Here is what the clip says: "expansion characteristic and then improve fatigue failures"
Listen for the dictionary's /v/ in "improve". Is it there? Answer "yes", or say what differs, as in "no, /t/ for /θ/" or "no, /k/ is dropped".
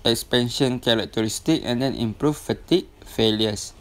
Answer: no, /f/ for /v/